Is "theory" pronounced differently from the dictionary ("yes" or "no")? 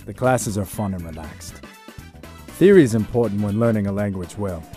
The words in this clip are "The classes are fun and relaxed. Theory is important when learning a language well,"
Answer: no